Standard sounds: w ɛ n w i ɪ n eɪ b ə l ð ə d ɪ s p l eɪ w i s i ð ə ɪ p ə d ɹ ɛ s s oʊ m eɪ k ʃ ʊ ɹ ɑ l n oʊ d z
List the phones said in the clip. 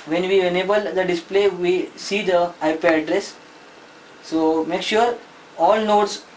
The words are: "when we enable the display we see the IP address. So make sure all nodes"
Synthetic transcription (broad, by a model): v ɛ n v i ɪ n eɪ b ə l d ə d ɪ s p l eɪ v i s i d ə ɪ p ə d ɹ ɛ s s oʊ m eɪ k ʃ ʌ ɹ ɑ l n oʊ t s